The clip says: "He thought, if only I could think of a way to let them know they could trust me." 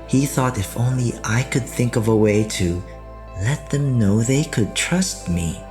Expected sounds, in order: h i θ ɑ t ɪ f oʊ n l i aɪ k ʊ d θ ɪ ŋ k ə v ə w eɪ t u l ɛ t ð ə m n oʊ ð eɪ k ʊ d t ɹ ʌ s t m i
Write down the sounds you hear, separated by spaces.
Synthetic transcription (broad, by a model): h i θ ɑ t ɪ f oʊ n l i aɪ k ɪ d θ ɪ ŋ k ə v ə w eɪ t u l ɛ t ð ə m n oʊ ð eɪ k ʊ d t ɹ ʌ s t m i